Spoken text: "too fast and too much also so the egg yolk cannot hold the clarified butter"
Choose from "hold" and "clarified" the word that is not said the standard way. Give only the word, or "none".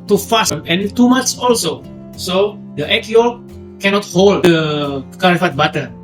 clarified